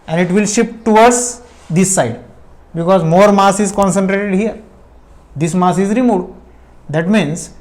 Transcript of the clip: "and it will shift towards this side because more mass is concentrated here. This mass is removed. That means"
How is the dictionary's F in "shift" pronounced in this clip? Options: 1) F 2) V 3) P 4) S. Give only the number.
3